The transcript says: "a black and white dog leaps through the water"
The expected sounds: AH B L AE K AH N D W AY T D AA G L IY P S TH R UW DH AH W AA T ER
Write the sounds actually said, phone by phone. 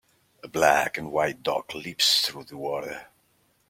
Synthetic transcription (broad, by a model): AH B L AE K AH N W AY T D AA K L IY P S TH R UW DH AH W AA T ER